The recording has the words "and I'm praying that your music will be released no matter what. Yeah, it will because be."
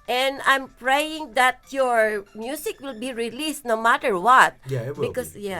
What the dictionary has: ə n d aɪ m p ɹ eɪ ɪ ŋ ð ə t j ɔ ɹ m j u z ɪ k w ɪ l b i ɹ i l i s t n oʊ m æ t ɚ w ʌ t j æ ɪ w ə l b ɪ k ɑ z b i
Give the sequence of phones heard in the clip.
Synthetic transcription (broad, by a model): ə n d aɪ m p ɹ eɪ ɪ ŋ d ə t j ɔ ɹ m j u s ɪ k w ɪ l b i ɹ i l i s t n oʊ m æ t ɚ w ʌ t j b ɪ k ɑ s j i